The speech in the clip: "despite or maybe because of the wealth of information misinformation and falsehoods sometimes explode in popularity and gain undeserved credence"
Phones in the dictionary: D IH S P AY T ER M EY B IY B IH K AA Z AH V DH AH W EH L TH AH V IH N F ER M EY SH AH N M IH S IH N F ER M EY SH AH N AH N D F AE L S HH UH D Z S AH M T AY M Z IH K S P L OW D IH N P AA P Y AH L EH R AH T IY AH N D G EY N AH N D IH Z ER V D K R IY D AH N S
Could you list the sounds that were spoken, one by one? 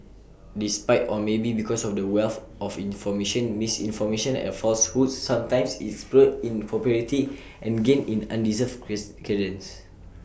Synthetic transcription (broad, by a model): D IH S P AY T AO M EY B IY B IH K AA S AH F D AH W EH L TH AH F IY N F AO M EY SH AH N M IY S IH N F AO M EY SH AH N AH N F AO L S HH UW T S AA M T AY M S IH S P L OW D IH N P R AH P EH R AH T IY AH N G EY N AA N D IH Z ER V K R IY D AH N S